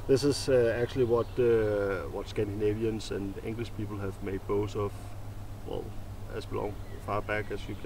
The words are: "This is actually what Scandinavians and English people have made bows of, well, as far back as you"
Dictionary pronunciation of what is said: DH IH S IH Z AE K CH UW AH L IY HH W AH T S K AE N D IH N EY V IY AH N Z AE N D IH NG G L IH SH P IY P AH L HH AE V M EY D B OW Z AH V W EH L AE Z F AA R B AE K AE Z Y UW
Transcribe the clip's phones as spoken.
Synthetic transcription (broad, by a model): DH IH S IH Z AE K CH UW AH W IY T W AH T S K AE N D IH N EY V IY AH N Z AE N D IH NG G L IH SH P IY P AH L HH AE V M EY D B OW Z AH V W EH L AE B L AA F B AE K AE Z Y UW